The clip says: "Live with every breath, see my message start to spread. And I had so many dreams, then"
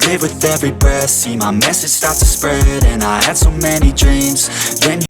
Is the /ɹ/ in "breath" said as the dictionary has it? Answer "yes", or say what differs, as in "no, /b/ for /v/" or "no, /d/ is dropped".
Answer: no, /ɹ/ is dropped